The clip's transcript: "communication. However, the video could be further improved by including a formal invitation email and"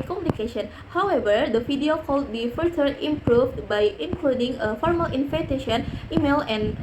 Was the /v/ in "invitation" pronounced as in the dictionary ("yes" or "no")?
no